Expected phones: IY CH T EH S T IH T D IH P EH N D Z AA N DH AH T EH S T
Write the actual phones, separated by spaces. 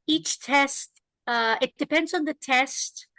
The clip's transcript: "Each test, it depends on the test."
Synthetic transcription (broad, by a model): IY CH T EH S T IH T D IH P EH N D Z N DH AH T EH S T